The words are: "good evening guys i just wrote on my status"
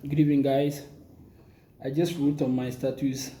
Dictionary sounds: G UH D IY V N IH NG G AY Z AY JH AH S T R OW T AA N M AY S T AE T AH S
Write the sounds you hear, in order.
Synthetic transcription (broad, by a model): G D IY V IH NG G AY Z AY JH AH S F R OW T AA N M AY S T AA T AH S